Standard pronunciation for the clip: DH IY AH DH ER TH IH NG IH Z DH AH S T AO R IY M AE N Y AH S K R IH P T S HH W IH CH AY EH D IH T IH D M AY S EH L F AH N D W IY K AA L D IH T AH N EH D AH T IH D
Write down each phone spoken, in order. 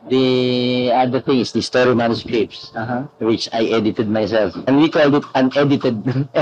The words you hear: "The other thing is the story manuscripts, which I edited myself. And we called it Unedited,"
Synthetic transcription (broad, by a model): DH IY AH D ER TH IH NG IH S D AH S T AO R IY M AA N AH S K EH P S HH W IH CH AY EH D IH T IH D M AY S EH L F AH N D W IY K AA L D IH T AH N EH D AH T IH D